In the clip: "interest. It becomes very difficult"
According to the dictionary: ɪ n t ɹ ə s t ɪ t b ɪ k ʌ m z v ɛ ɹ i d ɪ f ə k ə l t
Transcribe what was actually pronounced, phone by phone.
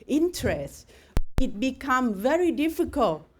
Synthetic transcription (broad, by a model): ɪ n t ɹ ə s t ɪ t b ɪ k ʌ m v ɛ ɹ i d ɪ f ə k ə l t